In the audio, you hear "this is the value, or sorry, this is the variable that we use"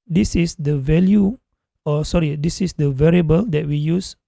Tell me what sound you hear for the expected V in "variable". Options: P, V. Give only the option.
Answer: V